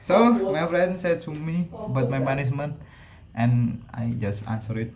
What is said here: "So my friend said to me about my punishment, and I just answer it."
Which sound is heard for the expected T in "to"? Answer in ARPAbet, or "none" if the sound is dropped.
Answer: S